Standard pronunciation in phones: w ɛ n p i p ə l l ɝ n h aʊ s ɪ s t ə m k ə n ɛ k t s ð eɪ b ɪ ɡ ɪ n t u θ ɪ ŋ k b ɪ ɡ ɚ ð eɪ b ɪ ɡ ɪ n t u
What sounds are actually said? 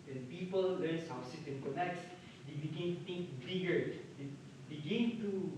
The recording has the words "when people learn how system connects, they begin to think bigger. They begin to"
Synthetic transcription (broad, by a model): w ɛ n p i p ə l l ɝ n h aʊ s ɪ t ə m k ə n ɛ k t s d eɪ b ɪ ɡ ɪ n t u t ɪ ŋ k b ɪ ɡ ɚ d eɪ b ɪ ɡ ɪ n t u